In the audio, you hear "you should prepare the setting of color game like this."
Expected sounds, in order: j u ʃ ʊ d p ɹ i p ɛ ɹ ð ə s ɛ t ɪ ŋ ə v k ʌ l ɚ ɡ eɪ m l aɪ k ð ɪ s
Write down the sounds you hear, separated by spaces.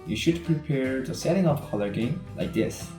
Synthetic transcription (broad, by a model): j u ʃ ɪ d p ɹ i p ɛ ɹ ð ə s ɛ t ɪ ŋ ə f k ʌ l ɚ ɡ eɪ m l aɪ k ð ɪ s